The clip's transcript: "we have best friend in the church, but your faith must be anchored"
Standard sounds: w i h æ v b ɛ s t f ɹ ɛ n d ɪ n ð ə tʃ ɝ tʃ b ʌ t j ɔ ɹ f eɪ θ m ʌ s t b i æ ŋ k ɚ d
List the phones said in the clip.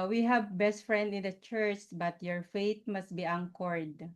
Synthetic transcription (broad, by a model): w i h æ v b ɛ s t f ɹ ɛ n d ɪ n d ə tʃ ɝ tʃ b ʌ t j ɔ ɹ f eɪ t m ʌ s t b i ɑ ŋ k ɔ d